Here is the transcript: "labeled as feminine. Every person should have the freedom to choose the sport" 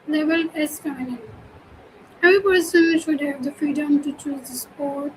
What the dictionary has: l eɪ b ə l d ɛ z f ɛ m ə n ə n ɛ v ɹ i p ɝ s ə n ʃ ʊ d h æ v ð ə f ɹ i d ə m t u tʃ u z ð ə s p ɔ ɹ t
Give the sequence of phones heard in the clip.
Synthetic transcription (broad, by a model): l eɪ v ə l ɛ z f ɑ ə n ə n ɛ v ɹ i p ɝ s ə n ʃ ʊ d h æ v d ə f ɹ i d ə m t u tʃ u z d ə s p ɔ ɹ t